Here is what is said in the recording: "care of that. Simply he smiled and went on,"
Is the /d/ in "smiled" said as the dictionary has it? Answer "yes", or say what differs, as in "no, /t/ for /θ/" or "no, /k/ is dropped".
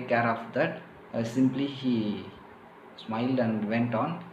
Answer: yes